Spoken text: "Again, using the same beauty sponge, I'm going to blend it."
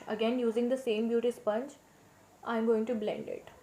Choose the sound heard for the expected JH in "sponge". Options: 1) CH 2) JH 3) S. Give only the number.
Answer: 1